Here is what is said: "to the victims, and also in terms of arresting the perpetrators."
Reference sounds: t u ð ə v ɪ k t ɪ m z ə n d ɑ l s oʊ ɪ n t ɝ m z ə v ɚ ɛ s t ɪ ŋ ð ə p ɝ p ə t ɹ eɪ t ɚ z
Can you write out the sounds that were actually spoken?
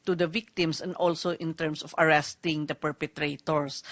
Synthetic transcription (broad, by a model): t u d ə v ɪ k t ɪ m s ə n d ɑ l s oʊ ɪ n t ɝ m s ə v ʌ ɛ s t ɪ ŋ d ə p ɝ p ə t ɹ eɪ t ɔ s